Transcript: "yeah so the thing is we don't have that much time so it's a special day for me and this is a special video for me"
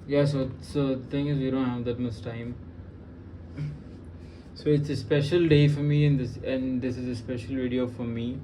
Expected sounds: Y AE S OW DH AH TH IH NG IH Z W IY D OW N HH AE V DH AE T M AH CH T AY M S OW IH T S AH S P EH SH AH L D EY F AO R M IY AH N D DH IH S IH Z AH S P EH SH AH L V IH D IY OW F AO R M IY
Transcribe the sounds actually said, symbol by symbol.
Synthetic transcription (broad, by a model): Y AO S OW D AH T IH NG IH Z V IY D OW N HH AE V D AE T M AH S T AY M S OW IH T S AH S P EH SH AH L D EY F AO R M IY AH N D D IH S IH Z AH S P EH SH AH L V IH D IY OW F AO R M IY